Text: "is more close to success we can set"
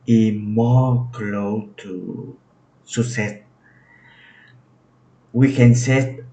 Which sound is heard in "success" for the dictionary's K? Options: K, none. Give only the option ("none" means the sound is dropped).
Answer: none